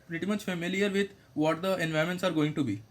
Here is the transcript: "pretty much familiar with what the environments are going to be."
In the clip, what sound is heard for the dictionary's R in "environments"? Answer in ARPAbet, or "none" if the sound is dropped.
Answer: none